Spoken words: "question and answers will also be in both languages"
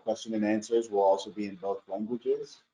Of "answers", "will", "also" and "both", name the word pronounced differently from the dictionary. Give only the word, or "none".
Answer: none